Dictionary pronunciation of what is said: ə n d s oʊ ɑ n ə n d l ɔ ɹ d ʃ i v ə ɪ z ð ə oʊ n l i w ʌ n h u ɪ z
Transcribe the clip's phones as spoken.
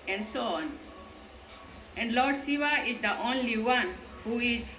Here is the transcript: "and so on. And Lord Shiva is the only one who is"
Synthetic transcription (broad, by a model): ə n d s oʊ ɑ n ə n d l ɔ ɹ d s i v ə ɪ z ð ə oʊ n l i w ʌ n h u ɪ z